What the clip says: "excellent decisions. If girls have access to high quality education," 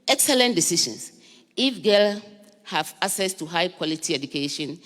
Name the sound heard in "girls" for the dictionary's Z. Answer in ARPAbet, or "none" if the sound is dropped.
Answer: none